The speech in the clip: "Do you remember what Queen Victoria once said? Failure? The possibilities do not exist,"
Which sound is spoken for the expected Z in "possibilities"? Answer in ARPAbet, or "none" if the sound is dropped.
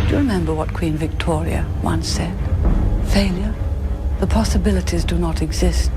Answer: Z